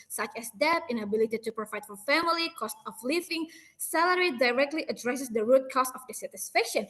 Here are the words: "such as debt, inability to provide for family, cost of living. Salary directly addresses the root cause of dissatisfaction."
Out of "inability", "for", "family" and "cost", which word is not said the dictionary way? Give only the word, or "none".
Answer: none